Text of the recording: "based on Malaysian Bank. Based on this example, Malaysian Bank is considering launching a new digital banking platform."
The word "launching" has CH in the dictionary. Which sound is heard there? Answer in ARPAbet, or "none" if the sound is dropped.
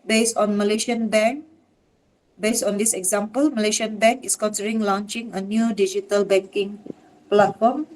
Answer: CH